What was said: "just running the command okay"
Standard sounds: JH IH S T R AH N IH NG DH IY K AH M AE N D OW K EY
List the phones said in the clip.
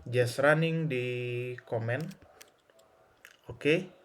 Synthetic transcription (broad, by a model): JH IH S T R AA N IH NG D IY K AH M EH N OW K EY